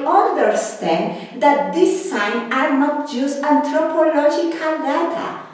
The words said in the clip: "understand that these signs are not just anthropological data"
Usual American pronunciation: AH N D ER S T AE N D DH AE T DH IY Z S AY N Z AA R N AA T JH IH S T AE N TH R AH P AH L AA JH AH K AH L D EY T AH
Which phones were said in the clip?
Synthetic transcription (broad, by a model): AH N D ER S T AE N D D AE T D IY S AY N AA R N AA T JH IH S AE N T R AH P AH L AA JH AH K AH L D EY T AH